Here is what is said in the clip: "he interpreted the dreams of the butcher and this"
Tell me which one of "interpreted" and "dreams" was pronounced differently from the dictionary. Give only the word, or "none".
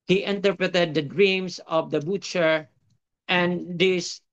dreams